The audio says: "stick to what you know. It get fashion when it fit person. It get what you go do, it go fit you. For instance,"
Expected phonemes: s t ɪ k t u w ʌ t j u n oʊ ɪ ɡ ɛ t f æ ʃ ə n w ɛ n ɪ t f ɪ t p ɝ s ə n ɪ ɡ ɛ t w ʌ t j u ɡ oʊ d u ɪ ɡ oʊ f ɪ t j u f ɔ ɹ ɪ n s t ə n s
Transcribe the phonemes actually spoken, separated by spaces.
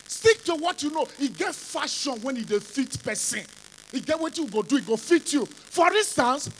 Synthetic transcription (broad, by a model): s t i k t u w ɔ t j u n oʊ ɪ ɡ ɛ t f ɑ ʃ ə n w ɛ n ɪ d f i t p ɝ s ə n ɪ ɡ ɛ t w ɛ t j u ɡ oʊ d u ɪ ɡ oʊ f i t j u f ɔ ɹ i n s t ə n s